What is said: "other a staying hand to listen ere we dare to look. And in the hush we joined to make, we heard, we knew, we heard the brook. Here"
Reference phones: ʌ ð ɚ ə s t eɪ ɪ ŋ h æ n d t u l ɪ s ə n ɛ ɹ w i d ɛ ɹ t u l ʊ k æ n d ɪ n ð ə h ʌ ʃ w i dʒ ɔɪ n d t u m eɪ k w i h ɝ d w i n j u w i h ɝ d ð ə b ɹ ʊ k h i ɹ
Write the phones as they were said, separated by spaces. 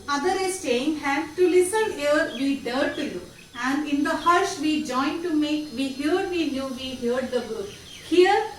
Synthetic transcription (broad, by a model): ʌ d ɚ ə s t eɪ ɪ ŋ h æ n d t u l ɪ s ə n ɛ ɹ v i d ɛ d t u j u æ n d ɪ n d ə h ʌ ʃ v i dʒ ɔɪ n d t u m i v i h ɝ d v i n j u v i h ɝ d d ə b ʊ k h i ɹ